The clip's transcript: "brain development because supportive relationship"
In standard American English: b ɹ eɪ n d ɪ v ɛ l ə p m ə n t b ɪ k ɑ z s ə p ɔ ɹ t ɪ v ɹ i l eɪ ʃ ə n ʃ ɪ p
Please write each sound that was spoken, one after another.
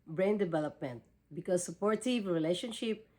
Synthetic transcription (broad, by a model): b ɹ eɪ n d ɪ v ɛ l ə p m ə n t b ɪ k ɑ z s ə p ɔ ɹ t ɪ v ɹ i l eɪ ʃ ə n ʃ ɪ p